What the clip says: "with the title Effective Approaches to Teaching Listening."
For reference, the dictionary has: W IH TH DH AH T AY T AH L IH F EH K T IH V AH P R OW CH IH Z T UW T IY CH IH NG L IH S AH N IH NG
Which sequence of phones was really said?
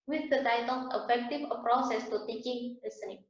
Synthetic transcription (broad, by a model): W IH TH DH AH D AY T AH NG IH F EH K T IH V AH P R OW S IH S T UW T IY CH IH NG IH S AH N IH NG